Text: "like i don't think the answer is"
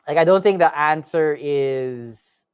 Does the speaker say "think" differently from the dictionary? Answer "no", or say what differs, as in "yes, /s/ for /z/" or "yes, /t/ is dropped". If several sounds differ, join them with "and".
no